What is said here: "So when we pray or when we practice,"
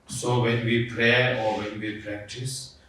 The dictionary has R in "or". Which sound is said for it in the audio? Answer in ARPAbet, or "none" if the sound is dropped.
R